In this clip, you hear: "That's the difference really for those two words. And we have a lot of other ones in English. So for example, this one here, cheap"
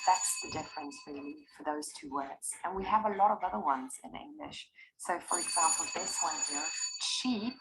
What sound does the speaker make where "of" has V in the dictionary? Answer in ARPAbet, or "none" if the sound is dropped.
V